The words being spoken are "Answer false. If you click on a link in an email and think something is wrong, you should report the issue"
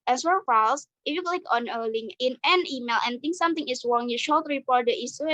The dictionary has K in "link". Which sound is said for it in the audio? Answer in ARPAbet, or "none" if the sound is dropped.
none